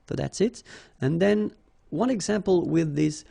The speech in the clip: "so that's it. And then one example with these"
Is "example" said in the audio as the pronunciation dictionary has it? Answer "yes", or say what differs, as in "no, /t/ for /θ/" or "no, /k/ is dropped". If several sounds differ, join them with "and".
yes